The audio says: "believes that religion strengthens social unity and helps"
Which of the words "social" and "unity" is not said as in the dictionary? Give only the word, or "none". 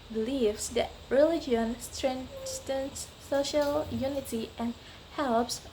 none